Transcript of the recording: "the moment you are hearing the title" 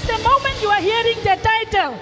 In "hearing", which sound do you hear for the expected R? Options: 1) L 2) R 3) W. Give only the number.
2